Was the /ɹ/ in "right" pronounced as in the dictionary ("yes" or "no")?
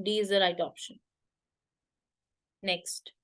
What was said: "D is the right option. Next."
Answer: no